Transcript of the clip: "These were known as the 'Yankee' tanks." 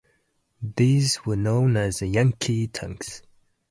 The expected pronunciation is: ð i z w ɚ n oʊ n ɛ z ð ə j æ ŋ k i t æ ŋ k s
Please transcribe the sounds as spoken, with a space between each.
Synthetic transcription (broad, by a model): ð i z w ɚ n oʊ n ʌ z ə j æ ŋ k i t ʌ ŋ k s